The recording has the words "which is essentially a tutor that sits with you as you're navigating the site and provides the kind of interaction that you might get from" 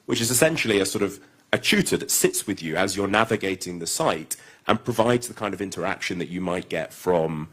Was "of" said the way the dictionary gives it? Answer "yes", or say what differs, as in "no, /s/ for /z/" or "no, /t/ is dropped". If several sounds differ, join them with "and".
yes